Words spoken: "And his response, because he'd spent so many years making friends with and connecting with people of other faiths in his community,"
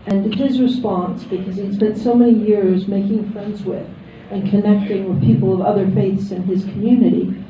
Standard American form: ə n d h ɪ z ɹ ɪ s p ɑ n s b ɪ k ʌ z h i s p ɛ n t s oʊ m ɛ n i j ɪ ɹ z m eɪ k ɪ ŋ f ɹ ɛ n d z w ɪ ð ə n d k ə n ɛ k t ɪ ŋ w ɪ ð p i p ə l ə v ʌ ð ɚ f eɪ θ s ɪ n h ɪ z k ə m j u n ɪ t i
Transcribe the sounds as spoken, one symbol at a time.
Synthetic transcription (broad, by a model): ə n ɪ h ɪ z ɹ ɪ s p ɑ n s b ɪ k ʌ z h i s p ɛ n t s oʊ m ɛ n i j ɪ ɹ z m eɪ k ɪ ŋ f ɹ ɛ n d z w ɪ ð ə n k ə n ɛ k t ɪ ŋ w ɪ ð p i p l ə v ʌ ð ɚ f eɪ θ s ɪ n ɪ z k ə m j u n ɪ t i